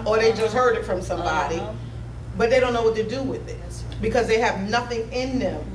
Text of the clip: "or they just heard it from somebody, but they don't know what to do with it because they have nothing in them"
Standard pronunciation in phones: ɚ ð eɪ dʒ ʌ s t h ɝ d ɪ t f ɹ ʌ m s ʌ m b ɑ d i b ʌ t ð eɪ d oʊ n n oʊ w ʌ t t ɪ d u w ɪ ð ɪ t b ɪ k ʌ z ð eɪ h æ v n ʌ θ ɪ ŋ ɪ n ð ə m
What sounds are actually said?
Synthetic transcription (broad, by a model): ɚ ð eɪ dʒ ʌ s t h ɝ d ɪ t f ɹ ʌ m s ʌ m b ɑ d i b ʌ t ð eɪ d oʊ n n oʊ w ʌ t t ɪ d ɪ w ɪ ð ɪ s b ɪ k ʌ z ð eɪ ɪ v n ʌ θ ɪ ŋ ɪ n ð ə m